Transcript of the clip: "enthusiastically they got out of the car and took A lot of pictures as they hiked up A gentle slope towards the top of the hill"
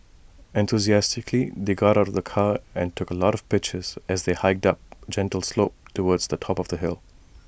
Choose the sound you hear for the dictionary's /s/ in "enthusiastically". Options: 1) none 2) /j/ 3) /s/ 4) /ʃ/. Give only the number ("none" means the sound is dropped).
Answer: 3